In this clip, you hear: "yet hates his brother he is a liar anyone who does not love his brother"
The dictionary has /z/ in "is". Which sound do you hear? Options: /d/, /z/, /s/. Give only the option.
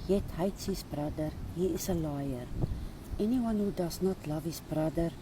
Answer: /s/